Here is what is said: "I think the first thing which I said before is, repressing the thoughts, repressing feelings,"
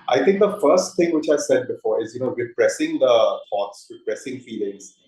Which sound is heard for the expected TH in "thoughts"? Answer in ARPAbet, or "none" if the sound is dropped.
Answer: F